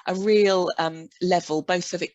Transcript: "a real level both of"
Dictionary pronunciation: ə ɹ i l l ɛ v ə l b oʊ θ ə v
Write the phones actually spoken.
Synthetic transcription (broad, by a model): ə ɹ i l l ɛ v ə l b oʊ θ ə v